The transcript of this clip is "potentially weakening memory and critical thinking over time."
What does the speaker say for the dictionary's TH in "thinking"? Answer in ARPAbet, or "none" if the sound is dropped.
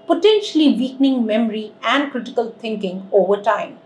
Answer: T